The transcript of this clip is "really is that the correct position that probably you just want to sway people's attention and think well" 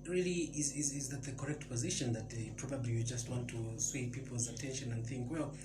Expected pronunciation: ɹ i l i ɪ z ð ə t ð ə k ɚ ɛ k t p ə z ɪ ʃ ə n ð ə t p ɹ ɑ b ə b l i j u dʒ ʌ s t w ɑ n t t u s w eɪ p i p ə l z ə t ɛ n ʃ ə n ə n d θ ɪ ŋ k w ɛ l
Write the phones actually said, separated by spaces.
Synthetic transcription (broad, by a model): ɹ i l i ɪ z ð ə t ð ə k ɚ ɛ k t p ə z ɪ ʃ ə n ð ə t p ɹ ɑ b ə b l i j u dʒ ʌ s t w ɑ n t t u s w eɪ p i p l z ə t ɛ n ʃ ə n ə n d θ ɪ ŋ k w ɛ l